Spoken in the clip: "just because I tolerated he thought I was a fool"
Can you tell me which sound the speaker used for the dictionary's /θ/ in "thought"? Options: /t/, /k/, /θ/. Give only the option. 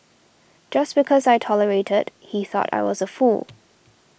/θ/